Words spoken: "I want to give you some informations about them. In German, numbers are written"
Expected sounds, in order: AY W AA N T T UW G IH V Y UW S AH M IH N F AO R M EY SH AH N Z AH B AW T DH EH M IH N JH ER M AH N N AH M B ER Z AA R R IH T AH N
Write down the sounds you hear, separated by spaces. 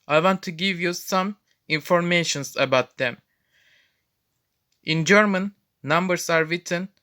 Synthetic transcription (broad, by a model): AY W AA N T T UW G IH V Y UW S AH M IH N F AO R M EY SH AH N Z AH B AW T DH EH M IH N JH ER M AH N N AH M B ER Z AA R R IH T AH N